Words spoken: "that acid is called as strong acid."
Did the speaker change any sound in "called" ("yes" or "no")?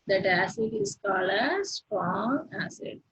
yes